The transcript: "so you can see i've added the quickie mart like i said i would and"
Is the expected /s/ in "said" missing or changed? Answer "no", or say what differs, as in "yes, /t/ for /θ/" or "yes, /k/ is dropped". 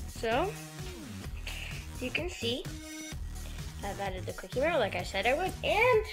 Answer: no